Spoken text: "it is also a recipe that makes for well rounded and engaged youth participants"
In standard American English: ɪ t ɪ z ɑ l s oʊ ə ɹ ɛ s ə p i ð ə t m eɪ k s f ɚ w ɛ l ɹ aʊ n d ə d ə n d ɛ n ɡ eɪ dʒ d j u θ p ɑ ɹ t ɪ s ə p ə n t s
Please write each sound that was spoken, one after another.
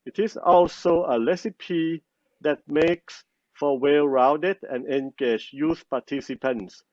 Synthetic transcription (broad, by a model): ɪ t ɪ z ɑ l s oʊ ə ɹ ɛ s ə p i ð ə t m eɪ k s f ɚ w ɛ l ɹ aʊ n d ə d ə n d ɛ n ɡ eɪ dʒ j u s p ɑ t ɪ s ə p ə n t s